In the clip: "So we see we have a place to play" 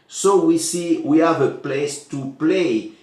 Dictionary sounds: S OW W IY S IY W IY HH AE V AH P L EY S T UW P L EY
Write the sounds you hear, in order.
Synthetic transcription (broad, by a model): S OW W IY S IY W IY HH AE V AH P L EY S T UW P L EY